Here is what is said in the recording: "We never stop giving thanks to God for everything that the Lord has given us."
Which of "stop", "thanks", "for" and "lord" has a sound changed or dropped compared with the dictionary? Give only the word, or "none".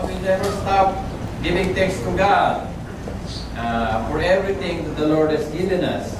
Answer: thanks